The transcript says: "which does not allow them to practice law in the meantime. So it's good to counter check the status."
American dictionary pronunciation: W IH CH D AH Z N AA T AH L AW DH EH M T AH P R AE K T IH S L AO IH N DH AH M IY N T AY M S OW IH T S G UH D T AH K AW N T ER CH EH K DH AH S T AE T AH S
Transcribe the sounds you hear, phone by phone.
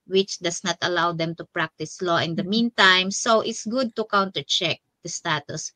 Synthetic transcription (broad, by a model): W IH CH D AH S N AA T AH L AW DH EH M T AH P R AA K T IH S L AO IH N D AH M IY N T AY M S OW IH T S G UH D T AH K AW N T ER CH EH K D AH S T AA T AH S